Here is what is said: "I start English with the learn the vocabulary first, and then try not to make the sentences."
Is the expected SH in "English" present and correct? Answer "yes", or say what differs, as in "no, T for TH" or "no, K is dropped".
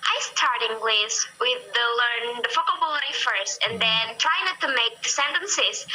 no, S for SH